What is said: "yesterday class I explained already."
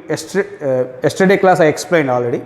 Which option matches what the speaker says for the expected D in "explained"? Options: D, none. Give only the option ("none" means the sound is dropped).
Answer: D